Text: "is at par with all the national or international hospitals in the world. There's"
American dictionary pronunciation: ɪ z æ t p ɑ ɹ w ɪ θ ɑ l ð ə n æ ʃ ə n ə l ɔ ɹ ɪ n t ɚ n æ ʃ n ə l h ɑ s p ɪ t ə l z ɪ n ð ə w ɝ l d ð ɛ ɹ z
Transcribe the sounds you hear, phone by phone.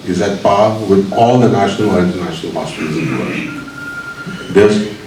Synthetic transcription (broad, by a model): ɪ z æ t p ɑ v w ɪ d ɑ l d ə n æ ʃ ə n ə l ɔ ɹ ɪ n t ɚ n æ ʃ n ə l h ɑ s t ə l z ɪ n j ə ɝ d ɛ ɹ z